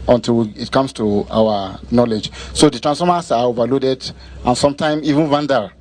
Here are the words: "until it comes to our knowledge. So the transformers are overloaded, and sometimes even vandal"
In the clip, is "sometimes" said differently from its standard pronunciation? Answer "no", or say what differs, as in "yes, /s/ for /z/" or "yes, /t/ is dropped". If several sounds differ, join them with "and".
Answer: yes, /z/ is dropped